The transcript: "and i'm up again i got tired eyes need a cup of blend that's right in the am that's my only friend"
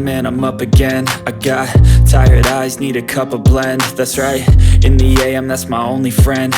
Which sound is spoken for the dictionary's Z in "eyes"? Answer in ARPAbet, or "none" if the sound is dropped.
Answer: Z